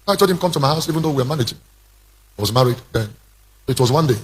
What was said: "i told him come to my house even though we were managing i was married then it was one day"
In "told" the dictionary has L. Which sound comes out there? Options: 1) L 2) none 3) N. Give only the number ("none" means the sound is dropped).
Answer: 2